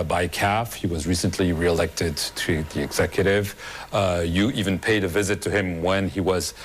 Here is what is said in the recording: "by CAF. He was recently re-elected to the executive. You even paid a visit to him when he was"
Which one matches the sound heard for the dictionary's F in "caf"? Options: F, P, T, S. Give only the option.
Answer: F